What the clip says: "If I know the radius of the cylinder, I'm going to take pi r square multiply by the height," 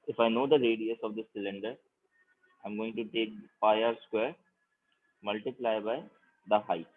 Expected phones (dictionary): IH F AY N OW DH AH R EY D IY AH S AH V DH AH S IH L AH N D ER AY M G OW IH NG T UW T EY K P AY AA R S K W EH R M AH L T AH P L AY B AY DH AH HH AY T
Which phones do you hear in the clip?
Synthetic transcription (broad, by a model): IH F AY N OW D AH R EY D IY AH S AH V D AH S IH L AH N D ER AY M G OW IH NG T UW T EY K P AY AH R S K W EH R M AH L T AH P L AY B AY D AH HH AY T